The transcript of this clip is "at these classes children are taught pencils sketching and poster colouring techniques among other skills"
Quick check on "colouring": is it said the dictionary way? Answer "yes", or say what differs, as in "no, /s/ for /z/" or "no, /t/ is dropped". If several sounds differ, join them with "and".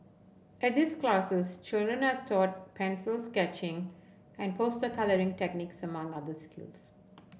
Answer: yes